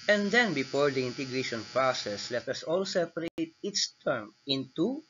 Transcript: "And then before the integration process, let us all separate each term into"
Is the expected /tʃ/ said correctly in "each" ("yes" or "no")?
no